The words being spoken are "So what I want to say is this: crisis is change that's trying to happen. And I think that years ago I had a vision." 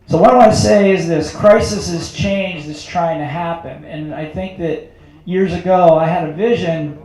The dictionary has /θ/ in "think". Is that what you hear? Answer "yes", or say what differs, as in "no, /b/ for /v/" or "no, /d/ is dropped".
yes